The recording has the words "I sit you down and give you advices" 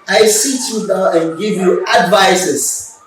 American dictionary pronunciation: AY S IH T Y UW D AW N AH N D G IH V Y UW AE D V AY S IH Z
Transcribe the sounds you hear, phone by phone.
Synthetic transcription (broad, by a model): AY S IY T Y UW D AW AH N G IH V Y UW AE D V AY S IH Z